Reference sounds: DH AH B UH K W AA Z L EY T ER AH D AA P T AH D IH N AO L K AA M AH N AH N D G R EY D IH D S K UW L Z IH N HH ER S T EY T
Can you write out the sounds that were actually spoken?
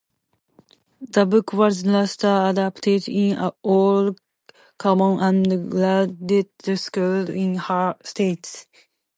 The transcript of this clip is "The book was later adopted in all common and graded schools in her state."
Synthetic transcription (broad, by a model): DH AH B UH K W AA Z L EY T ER AH D AA P T AH D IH N AO L K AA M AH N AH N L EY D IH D S K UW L IH N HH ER S T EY T